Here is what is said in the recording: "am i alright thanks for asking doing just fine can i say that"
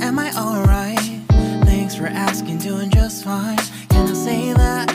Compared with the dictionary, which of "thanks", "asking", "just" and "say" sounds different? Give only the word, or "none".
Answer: none